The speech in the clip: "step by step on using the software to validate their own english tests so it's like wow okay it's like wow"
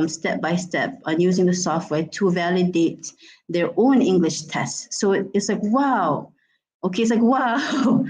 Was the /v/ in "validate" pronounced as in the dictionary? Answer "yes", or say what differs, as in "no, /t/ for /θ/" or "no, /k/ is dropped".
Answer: yes